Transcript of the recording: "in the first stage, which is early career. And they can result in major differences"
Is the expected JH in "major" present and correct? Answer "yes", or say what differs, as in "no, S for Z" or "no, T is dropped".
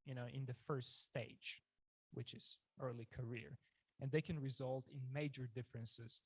yes